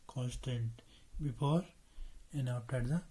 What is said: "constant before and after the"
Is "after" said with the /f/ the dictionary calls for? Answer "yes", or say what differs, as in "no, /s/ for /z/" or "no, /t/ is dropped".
no, /p/ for /f/